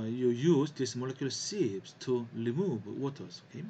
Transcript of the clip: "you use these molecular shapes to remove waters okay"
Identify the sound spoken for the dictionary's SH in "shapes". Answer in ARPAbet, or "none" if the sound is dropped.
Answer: S